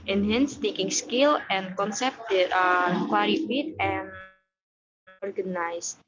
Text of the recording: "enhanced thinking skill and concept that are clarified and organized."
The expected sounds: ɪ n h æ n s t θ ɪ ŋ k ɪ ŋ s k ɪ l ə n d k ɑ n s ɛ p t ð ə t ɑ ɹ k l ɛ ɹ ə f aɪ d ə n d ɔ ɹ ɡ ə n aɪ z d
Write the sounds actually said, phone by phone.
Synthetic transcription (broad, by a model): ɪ n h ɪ n s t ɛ k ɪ ŋ s k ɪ l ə n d k ɑ n s ɛ p t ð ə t ɑ ɹ k w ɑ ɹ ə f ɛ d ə n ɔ ɹ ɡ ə n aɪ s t